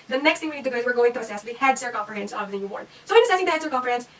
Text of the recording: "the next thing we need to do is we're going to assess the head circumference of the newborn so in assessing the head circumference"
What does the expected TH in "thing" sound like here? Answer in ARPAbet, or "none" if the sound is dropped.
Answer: T